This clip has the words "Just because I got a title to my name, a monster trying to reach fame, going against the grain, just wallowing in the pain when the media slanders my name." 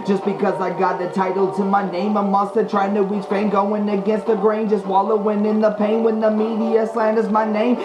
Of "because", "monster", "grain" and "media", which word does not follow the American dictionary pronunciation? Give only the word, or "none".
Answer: monster